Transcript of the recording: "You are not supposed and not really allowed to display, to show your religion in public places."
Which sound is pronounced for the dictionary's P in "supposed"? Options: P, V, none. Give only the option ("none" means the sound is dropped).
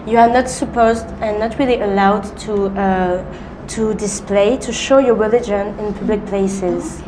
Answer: P